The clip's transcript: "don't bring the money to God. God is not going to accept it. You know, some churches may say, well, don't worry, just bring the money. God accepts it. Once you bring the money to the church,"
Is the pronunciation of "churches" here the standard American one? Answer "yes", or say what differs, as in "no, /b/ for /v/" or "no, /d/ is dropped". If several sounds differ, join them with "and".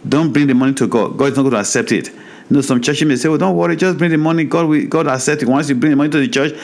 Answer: no, /z/ is dropped